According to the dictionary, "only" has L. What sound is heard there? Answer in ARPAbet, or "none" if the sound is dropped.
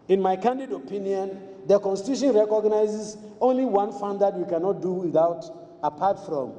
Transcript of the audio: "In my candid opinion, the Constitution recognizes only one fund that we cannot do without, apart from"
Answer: L